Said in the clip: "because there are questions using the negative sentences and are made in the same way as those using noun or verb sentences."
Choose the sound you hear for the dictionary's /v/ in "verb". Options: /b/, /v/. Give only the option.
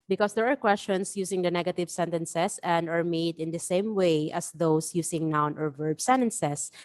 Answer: /v/